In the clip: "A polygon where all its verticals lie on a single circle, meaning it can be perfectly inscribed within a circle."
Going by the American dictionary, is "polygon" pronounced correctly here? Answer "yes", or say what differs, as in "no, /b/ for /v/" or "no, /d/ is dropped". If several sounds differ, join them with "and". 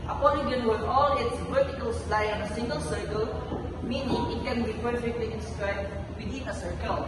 no, /n/ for /l/